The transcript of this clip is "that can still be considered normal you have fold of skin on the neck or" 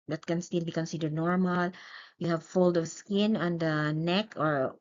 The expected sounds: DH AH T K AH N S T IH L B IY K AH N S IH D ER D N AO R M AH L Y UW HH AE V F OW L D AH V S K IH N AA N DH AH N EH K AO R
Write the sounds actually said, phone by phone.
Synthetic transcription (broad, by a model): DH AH T K AH N S T IH L B IY K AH N S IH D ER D N AO R M AH L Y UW HH AE V F OW L D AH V S K IH N AA N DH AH N EH K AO R